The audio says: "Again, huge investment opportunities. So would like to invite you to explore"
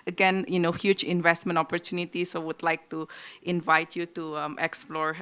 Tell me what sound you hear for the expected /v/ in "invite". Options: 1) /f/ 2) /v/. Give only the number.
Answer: 2